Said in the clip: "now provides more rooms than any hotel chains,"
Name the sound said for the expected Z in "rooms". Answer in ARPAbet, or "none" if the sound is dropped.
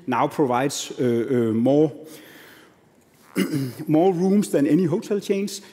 S